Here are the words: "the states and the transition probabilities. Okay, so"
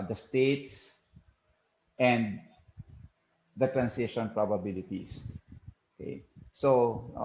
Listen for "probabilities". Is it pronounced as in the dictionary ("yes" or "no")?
no